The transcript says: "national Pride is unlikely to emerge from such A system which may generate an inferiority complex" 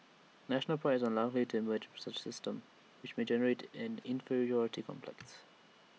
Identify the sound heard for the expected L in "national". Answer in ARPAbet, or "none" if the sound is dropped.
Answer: L